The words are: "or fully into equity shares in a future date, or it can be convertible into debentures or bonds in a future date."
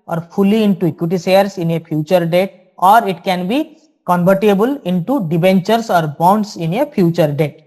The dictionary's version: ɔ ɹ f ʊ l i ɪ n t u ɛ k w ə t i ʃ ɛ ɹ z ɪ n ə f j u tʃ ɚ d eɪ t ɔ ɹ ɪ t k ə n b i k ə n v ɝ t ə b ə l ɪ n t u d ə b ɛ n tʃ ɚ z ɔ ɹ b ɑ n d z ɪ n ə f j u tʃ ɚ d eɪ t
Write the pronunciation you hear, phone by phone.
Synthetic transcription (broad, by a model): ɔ ɹ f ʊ l i ɪ n t u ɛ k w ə t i s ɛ ɹ s ɪ n ə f j u tʃ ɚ d eɪ t ɔ ɹ ɪ t k ə n b i k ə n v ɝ t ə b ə l ɪ n t u d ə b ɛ n tʃ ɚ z ɔ ɹ b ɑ n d s ɪ n ə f j u tʃ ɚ d eɪ t